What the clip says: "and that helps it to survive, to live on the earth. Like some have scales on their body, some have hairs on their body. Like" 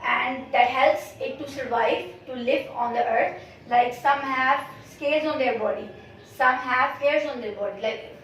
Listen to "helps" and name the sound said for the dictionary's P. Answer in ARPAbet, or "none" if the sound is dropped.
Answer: P